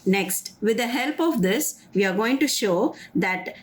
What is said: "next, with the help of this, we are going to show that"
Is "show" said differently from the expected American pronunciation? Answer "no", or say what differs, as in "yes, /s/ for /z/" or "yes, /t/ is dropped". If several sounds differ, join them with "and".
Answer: no